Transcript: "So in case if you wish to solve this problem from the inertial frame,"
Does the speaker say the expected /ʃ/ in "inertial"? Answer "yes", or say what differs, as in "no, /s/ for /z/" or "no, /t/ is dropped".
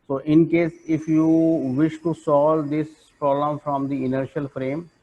yes